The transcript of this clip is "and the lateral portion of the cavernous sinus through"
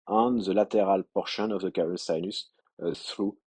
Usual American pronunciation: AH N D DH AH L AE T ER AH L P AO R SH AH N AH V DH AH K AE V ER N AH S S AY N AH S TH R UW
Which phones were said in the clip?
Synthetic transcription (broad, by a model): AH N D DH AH L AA T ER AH L P AO R SH AH N AH V DH AH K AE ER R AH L S AY N AH S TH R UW